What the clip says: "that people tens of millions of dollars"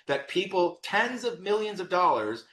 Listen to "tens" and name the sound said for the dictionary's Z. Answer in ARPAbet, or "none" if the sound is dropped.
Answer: Z